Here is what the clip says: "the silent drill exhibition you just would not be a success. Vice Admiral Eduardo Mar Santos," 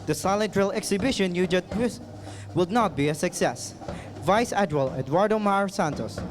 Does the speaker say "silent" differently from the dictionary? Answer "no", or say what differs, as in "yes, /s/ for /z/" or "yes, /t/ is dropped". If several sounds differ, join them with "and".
yes, /n/ is dropped